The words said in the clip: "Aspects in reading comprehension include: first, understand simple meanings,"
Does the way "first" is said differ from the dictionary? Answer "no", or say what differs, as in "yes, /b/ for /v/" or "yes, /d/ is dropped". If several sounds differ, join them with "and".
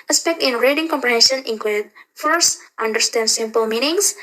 no